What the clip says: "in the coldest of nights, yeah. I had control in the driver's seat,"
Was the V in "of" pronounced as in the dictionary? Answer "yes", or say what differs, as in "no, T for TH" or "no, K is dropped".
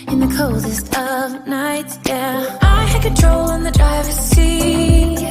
yes